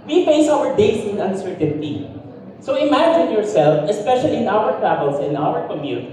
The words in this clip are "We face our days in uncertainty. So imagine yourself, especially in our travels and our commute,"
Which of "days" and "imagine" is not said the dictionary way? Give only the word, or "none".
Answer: days